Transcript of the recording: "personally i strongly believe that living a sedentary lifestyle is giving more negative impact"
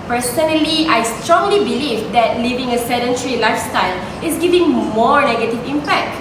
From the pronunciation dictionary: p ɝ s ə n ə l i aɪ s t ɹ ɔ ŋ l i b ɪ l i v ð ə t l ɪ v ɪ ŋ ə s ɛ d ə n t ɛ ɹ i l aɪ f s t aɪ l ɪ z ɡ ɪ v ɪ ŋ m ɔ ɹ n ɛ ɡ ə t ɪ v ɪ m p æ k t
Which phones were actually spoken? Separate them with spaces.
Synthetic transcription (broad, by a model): p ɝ s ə n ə l i aɪ s t ɹ ɔ ŋ l i b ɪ l i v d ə t l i v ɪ ŋ ə s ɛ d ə n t ɹ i l aɪ f s t aɪ l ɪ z ɡ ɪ v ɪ ŋ m ɔ ɹ n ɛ ɡ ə t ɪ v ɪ m p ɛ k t